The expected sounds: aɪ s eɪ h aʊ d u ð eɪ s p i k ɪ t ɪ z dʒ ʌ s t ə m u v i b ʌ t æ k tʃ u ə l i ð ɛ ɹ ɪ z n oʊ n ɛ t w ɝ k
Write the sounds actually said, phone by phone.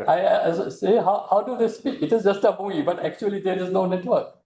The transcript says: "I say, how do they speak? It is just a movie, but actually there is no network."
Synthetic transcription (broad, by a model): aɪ s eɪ h aʊ d u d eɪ s p i k ɪ t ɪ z dʒ ʌ s t ə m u i b ʌ t æ k tʃ u ə l i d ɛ ɹ ɪ z n oʊ n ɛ t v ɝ k